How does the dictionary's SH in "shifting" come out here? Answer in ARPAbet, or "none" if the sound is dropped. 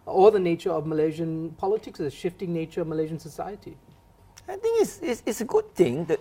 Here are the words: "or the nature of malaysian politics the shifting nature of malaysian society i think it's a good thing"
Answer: SH